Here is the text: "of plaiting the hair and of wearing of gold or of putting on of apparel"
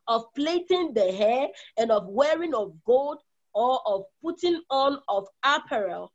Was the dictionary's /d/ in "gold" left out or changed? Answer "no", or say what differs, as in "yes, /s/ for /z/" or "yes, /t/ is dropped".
no